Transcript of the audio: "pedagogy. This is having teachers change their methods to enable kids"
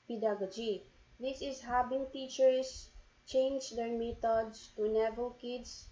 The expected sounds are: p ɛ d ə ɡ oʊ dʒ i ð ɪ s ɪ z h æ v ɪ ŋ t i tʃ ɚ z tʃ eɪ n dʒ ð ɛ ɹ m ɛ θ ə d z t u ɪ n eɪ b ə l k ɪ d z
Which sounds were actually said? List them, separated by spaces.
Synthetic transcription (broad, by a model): p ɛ d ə ɡ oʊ dʒ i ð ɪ s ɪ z h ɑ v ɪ ŋ t i tʃ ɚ s tʃ eɪ n dʒ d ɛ ɹ m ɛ t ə d s t u n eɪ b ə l k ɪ d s